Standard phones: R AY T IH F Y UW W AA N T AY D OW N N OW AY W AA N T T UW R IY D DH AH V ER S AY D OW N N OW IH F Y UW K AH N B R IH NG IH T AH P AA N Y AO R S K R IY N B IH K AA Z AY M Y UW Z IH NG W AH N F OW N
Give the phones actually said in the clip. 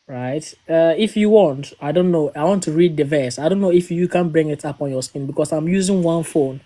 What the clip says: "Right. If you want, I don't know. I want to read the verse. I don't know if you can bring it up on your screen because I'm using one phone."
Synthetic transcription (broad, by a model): R AY T IH F Y UW W AA N T AY D OW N N OW AY W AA N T T UW R IY D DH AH V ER S AY D OW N N OW IH F Y UW K AH N B R IH NG IH T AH P AA N Y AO S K IY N B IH K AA S AY M Y UW Z IH NG W AH N F OW N